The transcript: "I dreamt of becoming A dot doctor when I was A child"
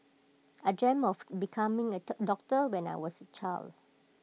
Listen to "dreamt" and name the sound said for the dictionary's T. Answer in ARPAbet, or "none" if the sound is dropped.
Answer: none